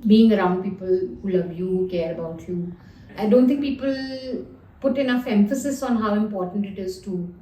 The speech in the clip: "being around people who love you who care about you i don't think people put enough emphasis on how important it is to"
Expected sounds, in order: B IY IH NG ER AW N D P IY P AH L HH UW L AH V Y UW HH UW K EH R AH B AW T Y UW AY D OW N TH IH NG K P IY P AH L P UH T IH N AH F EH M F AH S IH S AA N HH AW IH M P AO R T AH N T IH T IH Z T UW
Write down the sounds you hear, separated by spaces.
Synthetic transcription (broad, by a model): B IY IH NG ER AW N D P IY P AH L HH UW L AH V Y UW HH UW K EH R AH B AW T Y UW AY D OW N T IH NG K P IY P AH L P UH T IH N AH F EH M F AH S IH S AA N HH AW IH M P AO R T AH N T IH T IH Z T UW